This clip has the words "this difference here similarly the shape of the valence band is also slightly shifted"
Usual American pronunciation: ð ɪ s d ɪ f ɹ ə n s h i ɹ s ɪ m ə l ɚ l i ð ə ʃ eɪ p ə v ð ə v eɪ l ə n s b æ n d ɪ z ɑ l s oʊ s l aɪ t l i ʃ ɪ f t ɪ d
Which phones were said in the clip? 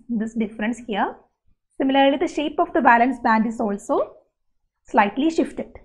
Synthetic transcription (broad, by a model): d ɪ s d ɪ f ɹ ə n s h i ɹ s ɪ m ə l ɚ l i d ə ʃ eɪ p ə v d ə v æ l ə n s b æ n d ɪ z ɑ l s oʊ s l aɪ t l i ʃ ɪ f t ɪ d